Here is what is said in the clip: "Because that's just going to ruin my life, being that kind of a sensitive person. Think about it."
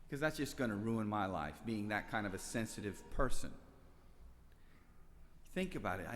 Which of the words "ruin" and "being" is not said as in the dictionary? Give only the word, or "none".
none